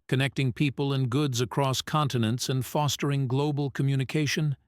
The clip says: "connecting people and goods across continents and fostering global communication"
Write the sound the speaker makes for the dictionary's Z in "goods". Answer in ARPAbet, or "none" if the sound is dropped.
Z